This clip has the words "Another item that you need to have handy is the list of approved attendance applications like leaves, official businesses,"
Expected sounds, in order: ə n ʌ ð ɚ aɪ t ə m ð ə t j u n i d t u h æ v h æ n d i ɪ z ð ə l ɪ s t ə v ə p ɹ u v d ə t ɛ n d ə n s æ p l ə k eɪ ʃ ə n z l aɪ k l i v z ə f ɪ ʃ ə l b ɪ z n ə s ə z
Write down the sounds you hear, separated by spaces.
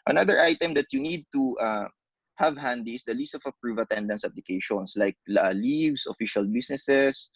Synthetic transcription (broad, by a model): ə n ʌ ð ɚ aɪ t ə m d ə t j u n i d t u h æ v h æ n d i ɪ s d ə l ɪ s t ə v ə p ɹ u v ə t ɛ n d ə n s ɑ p l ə k eɪ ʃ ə n s l aɪ k l i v s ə f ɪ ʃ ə l b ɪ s n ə s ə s